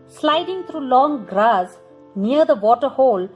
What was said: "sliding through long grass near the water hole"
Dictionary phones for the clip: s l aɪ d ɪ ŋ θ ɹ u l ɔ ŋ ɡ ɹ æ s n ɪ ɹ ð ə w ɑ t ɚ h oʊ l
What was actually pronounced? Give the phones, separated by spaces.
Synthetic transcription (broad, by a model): s l aɪ d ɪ ŋ t ɹ u l ɔ ŋ ɡ ɹ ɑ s n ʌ ɹ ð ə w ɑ t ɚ h oʊ l